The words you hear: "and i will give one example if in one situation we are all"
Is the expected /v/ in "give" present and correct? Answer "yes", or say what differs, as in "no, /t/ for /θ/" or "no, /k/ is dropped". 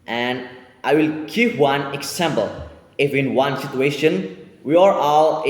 no, /p/ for /v/